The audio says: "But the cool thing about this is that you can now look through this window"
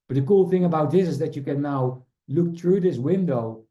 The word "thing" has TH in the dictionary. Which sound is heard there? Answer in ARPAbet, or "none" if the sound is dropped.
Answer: TH